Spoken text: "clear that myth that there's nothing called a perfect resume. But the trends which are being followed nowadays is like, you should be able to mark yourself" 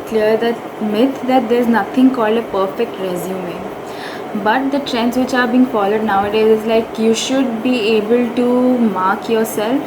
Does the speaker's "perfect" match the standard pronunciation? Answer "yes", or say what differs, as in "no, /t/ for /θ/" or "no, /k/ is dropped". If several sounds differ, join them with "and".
yes